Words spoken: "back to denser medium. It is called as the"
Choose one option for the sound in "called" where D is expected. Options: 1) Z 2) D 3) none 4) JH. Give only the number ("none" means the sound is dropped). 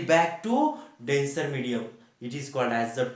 2